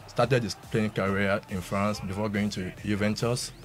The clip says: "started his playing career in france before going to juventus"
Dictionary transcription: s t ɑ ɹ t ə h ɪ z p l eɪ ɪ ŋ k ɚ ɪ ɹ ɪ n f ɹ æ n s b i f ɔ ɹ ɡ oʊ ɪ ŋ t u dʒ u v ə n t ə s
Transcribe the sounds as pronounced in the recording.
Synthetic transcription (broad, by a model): s t ɑ t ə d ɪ s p l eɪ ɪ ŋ k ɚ ɹ ɪ n f ɹ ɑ n s b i f ɔ ɡ oʊ ɪ ŋ t u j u v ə n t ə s